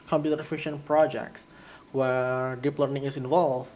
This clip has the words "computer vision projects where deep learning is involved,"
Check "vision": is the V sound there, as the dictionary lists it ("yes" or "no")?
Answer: no